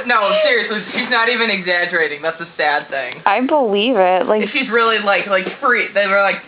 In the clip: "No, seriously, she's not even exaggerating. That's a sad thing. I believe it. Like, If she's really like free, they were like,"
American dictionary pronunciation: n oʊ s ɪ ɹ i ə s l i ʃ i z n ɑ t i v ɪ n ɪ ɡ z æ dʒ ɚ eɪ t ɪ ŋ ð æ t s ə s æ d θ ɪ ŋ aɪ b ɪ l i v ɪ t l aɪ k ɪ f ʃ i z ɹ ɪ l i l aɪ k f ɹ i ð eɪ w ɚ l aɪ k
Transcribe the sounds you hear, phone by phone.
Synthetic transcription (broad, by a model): n oʊ s ɪ ɹ i ə s l i ʃ i z n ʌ t i v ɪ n ɪ ɡ z æ dʒ ɚ eɪ t ɪ ŋ ð æ t s ə s æ d θ ɪ ŋ aɪ b ɪ l i v ɪ t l aɪ ɪ f ʃ i z ɹ ɪ l i l aɪ k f ɹ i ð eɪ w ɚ l aɪ k